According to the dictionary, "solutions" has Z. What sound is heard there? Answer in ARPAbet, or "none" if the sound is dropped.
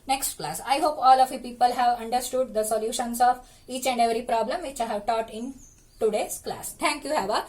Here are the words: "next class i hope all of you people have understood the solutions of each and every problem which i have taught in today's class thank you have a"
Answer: S